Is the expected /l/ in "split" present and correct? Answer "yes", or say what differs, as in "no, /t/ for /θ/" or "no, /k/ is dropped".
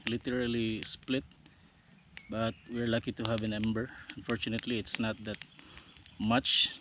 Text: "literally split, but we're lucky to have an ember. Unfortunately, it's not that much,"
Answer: yes